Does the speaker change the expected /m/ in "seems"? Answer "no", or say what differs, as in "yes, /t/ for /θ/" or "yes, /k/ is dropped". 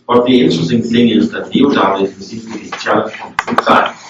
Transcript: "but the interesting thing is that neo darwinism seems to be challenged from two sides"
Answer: yes, /m/ is dropped